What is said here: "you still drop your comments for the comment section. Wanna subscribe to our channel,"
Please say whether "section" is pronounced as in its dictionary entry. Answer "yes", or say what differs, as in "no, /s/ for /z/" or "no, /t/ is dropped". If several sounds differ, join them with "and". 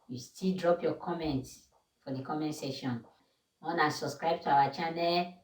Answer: no, /k/ is dropped